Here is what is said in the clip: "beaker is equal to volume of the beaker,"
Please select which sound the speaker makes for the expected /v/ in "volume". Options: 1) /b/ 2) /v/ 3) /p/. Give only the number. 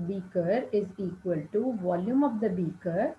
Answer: 2